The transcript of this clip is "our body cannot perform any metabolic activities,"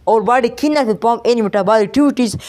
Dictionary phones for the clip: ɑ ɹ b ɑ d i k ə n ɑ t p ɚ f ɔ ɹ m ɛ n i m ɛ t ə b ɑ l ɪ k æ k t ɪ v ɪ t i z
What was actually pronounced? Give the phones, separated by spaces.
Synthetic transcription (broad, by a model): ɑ ɹ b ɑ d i k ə n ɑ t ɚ p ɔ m ɛ n i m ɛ t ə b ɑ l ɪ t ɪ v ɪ t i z